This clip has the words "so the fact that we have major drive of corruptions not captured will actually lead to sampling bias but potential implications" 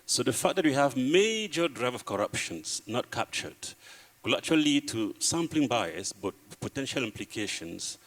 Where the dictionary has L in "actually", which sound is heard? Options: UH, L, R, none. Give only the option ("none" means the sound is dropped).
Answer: none